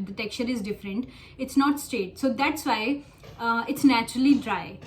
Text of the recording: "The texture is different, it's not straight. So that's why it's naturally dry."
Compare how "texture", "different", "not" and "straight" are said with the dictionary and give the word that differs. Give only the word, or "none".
texture